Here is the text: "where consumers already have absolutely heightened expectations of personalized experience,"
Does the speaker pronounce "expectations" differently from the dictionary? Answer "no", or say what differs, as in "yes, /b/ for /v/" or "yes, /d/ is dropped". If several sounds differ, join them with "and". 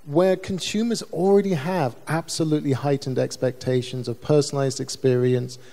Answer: no